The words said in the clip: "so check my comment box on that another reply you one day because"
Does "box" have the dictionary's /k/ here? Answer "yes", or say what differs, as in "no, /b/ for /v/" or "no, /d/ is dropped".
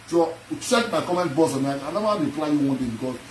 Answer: no, /k/ is dropped